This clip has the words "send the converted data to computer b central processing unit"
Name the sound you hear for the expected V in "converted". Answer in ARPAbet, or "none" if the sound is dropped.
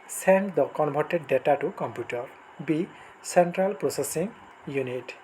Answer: B